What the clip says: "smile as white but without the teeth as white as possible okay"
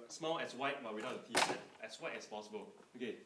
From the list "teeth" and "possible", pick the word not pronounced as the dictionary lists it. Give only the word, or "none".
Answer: teeth